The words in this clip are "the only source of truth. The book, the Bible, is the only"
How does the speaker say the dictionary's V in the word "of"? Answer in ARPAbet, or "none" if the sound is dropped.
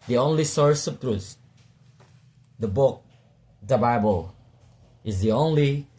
P